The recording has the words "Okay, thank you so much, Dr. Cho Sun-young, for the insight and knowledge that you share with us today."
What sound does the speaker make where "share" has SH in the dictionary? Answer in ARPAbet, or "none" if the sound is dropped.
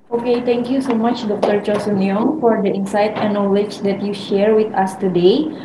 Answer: SH